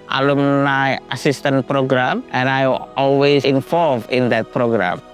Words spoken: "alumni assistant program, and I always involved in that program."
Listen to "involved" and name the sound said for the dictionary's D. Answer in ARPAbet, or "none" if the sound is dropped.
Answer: none